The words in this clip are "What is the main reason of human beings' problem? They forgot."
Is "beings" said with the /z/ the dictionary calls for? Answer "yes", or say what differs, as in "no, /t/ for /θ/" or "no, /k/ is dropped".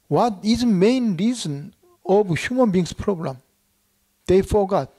no, /s/ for /z/